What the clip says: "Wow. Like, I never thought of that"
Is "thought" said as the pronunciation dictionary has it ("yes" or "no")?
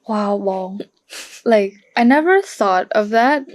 yes